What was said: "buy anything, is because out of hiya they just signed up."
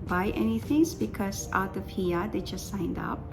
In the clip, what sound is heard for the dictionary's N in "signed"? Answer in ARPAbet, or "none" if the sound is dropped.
N